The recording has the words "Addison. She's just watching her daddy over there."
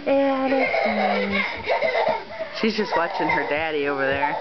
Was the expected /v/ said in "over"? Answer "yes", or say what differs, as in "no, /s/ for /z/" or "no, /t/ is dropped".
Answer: yes